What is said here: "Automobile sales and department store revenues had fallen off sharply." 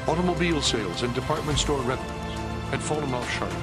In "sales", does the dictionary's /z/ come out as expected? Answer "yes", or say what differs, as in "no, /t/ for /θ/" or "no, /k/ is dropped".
yes